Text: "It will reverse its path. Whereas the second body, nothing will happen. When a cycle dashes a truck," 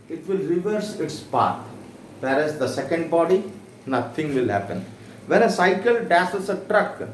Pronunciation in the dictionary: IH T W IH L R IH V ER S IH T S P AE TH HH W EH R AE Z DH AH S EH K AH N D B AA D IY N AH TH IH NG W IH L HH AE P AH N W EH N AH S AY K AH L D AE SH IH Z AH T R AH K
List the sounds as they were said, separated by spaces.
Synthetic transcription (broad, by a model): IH T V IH L R IH V ER S IH T S P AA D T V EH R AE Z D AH S EH K AH N D B AA D IY N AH T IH NG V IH L HH AE P AH N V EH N AH S AY K AH L D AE S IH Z AH T R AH K